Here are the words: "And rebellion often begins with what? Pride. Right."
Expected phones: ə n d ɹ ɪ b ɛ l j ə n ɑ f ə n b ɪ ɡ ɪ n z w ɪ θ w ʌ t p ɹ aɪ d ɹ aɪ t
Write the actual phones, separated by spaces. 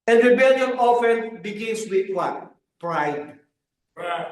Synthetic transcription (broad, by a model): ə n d ɹ ɪ b ɛ l j ə n ɑ f ə n b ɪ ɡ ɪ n s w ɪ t w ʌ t p ɹ aɪ d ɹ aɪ